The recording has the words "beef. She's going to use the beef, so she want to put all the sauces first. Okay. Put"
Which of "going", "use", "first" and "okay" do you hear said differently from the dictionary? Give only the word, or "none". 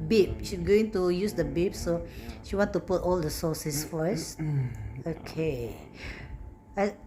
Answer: first